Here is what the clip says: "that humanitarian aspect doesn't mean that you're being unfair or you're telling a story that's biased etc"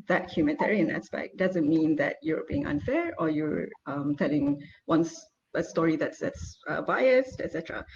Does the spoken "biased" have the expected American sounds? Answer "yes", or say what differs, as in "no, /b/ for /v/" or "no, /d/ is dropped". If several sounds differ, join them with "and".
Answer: yes